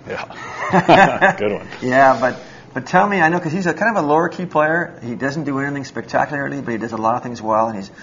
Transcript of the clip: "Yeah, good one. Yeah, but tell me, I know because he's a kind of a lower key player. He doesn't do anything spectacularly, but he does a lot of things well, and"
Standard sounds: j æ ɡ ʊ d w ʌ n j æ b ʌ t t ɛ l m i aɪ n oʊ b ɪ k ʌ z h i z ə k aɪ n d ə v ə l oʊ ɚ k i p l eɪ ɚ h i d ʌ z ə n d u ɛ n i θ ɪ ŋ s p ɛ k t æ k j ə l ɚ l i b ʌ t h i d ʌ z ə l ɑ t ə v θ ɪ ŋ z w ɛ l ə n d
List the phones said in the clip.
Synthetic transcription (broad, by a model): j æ ɡ ʊ d w ʌ n j æ b ʌ t t ɛ l m i aɪ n oʊ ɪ k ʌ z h i z ə k aɪ n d ə v ə l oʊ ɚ k i p l eɪ ɚ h i d ʌ z n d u ɛ n i θ ɪ ŋ s p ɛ k t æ k j l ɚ l i b ʌ t h i d ʌ z ə l ɑ t ə v θ ɪ ŋ z w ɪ l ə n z